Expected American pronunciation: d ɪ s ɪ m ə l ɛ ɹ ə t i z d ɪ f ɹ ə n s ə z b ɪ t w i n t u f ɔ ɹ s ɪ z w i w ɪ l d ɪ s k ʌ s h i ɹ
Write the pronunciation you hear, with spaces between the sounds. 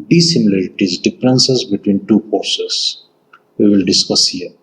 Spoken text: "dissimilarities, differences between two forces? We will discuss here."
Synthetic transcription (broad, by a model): d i s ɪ m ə l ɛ ɹ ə t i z d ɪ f ɹ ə n s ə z b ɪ t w i n t u p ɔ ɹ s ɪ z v i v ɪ l d ɪ s k ʌ s h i ɹ